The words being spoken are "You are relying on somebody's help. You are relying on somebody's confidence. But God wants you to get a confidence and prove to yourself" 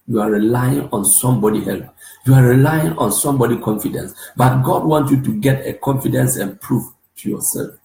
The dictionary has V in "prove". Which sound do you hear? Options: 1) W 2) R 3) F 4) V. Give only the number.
3